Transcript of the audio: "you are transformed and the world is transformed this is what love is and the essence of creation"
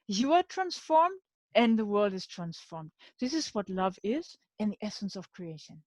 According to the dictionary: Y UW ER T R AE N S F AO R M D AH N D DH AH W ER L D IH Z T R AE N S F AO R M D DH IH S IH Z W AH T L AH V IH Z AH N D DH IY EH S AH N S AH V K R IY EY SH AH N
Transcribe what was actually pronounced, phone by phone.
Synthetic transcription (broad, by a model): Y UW ER T R AE N S F AO R M D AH N DH AH W ER L D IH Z T R AE N S F AO R M D DH IH S IH Z W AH T L AH V IH Z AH N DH IY EH S AH N S AH V K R IY EY SH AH N